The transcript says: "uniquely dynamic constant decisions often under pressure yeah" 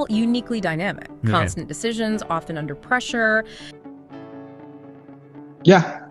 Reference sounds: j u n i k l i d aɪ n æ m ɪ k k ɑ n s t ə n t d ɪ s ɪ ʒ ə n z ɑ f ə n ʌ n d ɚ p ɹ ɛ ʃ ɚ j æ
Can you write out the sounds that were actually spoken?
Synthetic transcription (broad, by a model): j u n i k l i d aɪ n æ m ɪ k k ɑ n s t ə n d ɪ s ɪ ʒ ə n z ɑ f ə n ʌ n d ɚ p ɹ ɛ ʃ ɚ j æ